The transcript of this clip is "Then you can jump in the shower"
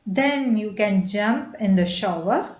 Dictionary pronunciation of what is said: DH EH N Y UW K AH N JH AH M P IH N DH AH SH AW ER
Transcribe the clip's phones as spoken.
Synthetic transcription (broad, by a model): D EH N Y UW K AH N JH AH M P IH N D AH SH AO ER